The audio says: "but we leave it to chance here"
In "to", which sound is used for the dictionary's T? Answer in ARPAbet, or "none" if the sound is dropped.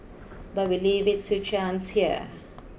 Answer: S